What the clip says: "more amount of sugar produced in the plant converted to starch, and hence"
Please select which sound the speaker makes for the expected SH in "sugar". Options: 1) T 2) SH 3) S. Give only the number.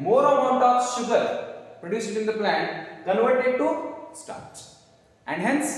2